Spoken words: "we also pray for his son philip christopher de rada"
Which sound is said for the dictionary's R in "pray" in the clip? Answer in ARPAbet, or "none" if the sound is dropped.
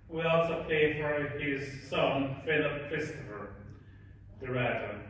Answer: none